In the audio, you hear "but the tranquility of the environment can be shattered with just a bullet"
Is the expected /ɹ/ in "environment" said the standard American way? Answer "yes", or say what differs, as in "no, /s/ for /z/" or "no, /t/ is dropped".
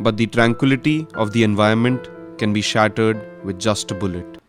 no, /ɹ/ is dropped